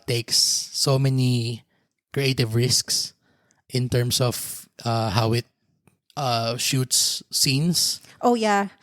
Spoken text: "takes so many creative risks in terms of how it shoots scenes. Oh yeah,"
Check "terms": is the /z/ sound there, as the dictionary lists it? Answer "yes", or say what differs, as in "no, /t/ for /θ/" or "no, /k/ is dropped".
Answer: no, /s/ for /z/